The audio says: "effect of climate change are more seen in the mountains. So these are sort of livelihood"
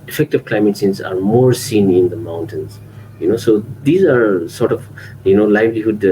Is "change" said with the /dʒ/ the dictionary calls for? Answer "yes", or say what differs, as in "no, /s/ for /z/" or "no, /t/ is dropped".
no, /z/ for /dʒ/